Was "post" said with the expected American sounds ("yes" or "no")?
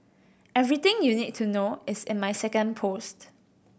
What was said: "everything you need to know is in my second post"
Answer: yes